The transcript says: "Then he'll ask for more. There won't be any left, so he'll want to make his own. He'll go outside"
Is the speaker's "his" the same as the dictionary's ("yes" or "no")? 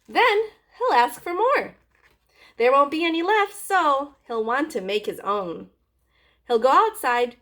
yes